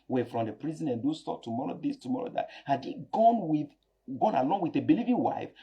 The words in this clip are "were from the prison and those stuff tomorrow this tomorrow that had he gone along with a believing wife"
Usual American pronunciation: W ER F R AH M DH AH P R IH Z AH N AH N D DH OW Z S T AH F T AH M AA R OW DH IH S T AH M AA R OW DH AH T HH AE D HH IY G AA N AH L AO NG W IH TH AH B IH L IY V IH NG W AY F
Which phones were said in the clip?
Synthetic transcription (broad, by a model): W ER F R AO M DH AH P R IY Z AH N AH N D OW S T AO P T AH M AA R OW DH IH S T AH M AA R OW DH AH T HH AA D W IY G AA N AH L AO NG W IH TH AH B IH L IY V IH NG W AY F